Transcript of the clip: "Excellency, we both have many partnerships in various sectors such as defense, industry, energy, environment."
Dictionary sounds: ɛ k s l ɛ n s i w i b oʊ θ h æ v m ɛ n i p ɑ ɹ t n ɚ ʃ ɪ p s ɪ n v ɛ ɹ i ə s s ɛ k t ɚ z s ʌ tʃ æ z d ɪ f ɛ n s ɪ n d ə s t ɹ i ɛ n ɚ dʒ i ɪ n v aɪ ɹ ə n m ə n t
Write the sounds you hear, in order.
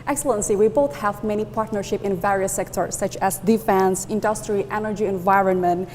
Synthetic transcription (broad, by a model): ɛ k s l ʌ n s i w i b oʊ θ h æ v m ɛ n i p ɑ ɹ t n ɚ ʃ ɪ p ɪ n v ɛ ɹ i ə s s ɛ k t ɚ s ʌ tʃ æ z d ɪ f ɛ n s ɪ n d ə s t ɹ i ɛ n ɚ dʒ i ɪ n v aɪ ɹ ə n m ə n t